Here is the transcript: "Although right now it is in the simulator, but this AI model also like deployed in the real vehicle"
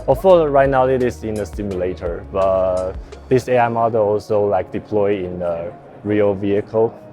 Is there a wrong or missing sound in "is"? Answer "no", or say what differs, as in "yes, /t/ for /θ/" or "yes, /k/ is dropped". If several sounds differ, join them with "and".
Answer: yes, /s/ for /z/